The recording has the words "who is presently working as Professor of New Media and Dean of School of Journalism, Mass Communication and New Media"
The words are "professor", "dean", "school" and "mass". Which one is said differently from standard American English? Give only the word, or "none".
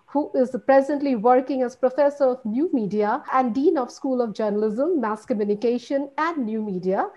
none